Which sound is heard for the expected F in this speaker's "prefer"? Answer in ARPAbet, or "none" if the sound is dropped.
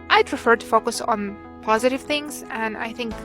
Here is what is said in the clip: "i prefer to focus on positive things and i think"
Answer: F